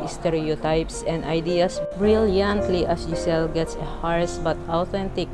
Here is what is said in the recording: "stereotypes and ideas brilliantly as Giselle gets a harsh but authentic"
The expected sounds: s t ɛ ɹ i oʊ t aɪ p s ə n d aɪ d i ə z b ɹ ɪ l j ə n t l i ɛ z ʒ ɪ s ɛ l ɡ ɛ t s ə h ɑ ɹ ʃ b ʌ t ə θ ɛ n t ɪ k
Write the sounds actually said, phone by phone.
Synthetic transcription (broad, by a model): s t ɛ ɹ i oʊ t aɪ p s ə n d aɪ d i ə s b ɹ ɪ l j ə n t l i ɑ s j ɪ s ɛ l ɡ ɛ t s ə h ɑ ɹ s b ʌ t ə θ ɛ n t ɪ k